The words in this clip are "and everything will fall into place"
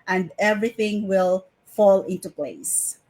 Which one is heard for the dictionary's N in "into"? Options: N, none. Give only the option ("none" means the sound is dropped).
N